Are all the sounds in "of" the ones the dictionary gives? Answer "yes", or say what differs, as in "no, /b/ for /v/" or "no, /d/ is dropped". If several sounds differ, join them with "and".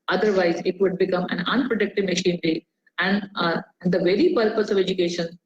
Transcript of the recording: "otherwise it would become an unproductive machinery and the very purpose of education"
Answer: yes